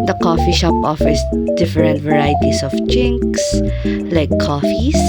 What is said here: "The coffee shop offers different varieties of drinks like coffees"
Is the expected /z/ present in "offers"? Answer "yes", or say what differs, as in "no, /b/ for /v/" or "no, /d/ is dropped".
no, /s/ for /z/